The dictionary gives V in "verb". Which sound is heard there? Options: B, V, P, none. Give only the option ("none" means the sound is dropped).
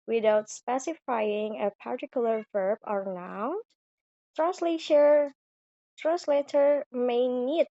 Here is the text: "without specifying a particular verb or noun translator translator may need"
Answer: V